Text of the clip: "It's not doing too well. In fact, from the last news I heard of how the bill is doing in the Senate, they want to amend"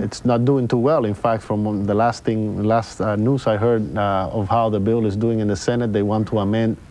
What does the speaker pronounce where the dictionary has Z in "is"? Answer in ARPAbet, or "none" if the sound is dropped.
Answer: Z